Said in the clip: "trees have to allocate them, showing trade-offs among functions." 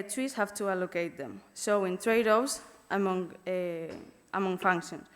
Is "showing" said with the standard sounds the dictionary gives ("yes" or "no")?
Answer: no